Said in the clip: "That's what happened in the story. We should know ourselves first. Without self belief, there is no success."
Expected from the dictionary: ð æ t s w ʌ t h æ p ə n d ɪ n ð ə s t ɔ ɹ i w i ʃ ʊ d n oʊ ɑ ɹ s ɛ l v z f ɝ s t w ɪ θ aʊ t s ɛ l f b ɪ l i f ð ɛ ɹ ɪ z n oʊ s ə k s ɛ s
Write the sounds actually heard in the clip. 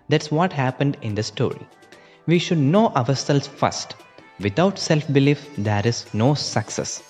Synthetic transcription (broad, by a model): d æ t s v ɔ t h æ p ə n d ɪ n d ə s t ɔ ɹ i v i ʃ ʊ d n oʊ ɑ ɹ s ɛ l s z f ɝ s t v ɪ t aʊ t s ɛ l f b ɪ l i f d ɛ ɹ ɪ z n oʊ s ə k s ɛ s